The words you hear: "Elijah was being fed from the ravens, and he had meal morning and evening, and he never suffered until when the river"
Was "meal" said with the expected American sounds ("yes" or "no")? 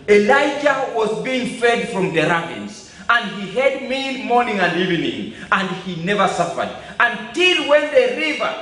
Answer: no